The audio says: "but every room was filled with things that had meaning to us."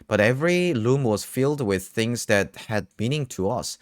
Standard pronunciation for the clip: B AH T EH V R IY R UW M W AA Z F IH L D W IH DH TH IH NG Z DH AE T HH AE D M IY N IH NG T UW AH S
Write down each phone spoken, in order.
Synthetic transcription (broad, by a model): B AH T EH V R IY L UW M W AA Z F IH L D W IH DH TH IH NG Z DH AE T HH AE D M IY N IH NG T UW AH S